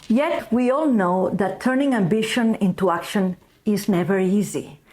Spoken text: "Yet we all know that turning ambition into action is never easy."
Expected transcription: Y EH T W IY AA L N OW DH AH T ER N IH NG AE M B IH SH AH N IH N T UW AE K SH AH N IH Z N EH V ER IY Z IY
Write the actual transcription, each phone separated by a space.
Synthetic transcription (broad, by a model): Y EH T W IY AA L N OW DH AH T ER N IH NG AE M B IH SH AH N IH N T UW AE K SH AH N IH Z N EH V ER IY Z IY